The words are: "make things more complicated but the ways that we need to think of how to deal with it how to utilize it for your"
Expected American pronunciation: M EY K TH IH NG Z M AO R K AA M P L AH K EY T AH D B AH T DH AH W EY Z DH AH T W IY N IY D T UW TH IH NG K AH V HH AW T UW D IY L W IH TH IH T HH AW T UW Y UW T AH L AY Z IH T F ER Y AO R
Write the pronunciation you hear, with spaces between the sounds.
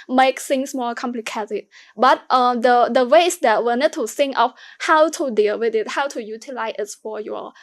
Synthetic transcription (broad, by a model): M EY K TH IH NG S M AO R K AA M P L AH K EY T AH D B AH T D AH W EY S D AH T W IY N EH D T UW S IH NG AH F HH AW T UW D IY L W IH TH IH T HH AW T UW Y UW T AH L AY S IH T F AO Y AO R